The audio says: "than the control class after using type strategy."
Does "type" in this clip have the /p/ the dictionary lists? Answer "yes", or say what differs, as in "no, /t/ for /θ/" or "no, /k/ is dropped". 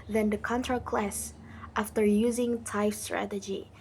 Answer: no, /f/ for /p/